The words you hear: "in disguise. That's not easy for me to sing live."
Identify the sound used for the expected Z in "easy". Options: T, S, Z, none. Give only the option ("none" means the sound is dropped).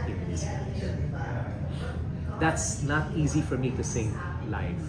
Z